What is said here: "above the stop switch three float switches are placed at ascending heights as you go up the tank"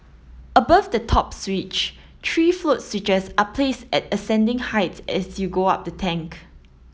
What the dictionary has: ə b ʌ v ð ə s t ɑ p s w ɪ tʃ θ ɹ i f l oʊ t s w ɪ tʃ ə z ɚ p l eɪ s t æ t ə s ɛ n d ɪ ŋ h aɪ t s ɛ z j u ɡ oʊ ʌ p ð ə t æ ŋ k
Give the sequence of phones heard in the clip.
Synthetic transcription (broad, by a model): ə b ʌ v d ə t ɑ p s w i tʃ t ɹ i f l oʊ t s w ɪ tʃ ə s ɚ p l eɪ s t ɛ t ə s ɛ n d ɪ ŋ h aɪ t ɛ s j u ɡ oʊ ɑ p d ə t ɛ ŋ k